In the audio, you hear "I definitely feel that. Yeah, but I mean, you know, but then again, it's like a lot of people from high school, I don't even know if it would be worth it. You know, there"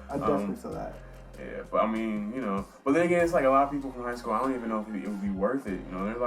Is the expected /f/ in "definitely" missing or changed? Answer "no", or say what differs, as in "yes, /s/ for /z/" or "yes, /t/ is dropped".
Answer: yes, /f/ is dropped